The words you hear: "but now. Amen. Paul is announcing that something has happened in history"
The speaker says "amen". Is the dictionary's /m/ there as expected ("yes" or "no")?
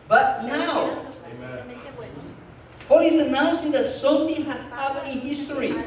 no